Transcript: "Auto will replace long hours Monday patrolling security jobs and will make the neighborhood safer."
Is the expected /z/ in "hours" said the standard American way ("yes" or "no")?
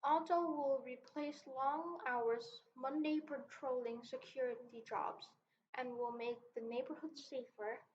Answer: yes